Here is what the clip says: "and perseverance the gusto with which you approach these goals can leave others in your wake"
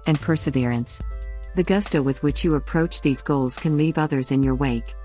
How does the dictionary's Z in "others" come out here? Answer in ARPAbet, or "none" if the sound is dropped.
Z